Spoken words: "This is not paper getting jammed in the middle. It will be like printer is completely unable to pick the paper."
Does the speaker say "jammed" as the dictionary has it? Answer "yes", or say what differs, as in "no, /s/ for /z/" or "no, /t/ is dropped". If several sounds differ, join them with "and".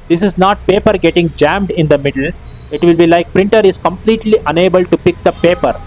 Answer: yes